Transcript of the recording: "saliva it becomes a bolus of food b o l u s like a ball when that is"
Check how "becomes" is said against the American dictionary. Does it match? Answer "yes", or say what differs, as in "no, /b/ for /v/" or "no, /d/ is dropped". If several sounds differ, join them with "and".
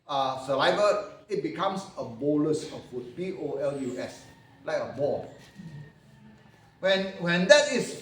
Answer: no, /s/ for /z/